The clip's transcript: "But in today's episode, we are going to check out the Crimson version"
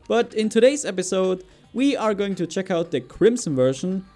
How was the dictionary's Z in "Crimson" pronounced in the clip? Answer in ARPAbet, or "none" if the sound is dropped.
S